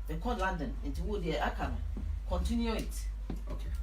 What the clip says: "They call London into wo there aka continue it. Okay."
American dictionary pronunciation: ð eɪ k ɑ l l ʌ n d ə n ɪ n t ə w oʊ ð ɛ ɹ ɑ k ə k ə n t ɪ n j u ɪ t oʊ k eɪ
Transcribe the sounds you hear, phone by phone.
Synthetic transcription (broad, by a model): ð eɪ k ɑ n l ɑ n d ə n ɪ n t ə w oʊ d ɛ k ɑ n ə k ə n t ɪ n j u ɪ t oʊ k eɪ